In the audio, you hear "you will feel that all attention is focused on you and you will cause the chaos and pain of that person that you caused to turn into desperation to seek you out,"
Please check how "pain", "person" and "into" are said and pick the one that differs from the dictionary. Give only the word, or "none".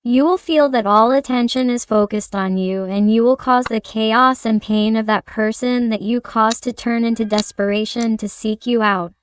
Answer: none